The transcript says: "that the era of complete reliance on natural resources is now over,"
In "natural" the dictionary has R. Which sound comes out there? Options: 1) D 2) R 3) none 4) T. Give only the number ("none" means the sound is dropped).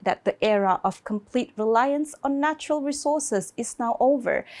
2